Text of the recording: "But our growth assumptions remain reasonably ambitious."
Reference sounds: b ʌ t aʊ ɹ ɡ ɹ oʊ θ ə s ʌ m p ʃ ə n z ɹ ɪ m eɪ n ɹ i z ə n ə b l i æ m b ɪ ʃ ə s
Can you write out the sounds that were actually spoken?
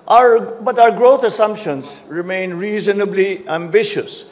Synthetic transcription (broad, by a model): b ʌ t aʊ ɹ ɡ ɹ oʊ t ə s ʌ m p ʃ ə n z ɹ ɪ m eɪ n ɹ i z ə n ə b l i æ m b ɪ ʃ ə s